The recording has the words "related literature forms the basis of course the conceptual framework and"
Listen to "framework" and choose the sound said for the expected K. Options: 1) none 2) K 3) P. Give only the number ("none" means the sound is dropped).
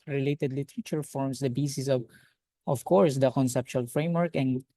2